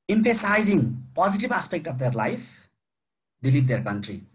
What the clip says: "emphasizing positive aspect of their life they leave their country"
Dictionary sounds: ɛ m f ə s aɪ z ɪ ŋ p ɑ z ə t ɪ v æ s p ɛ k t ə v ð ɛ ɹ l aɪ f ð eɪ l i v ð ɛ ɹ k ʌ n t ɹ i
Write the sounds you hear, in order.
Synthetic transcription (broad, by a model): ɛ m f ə s aɪ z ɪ ŋ p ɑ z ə t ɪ b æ s p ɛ k t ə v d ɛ ɹ l aɪ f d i l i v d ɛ ɹ k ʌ n t ɹ i